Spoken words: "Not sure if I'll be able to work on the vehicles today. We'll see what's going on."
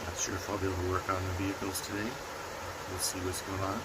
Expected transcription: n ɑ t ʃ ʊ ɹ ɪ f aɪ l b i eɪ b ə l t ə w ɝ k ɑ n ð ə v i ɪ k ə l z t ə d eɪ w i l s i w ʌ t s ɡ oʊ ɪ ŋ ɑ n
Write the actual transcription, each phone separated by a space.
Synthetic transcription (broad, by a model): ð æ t s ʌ ɹ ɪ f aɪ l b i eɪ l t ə w ɝ k n ð ə v i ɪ k l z t ə d eɪ w i l s i w ʌ t s ɡ oʊ ɪ ŋ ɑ n